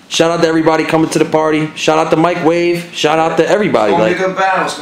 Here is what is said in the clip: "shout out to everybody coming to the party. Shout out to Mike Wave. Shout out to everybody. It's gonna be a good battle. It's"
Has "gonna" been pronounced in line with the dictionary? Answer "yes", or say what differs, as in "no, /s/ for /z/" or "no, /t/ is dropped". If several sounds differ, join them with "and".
no, /n/ is dropped